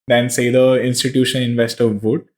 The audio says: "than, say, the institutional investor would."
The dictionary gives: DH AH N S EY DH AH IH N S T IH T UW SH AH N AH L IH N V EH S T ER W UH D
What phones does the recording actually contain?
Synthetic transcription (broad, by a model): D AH N S EY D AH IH N S T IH T UW SH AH N IH N V EH S T ER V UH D